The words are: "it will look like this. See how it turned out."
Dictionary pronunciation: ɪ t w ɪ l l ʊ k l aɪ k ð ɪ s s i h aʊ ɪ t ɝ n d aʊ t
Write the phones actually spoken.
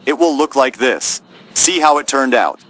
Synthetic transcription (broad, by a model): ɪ t w ɪ l l ʊ k l aɪ k ð ɪ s s i h aʊ ɪ t ɝ n d aʊ t